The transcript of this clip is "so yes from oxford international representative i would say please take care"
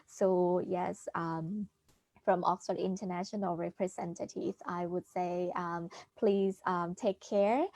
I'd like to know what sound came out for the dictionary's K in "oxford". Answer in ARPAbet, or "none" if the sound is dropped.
K